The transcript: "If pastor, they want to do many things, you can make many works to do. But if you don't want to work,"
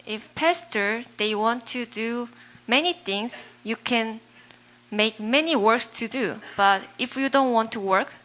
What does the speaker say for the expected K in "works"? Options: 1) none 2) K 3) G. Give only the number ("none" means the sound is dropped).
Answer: 2